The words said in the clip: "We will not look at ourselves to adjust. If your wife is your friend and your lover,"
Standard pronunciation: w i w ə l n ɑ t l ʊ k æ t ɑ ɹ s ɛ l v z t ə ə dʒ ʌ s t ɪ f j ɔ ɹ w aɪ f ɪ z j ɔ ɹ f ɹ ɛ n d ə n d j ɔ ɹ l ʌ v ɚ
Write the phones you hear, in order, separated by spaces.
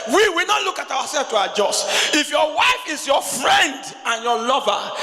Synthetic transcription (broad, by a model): w i w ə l n ɑ t l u k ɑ t ɑ w s ɛ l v t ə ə dʒ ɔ s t ɪ f j ɔ w aɪ f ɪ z j ɔ f ɹ ɛ n d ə n j ɔ l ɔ v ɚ